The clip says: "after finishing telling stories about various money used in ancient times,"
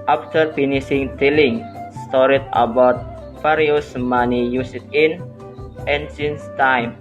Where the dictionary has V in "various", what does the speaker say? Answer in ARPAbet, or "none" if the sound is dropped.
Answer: F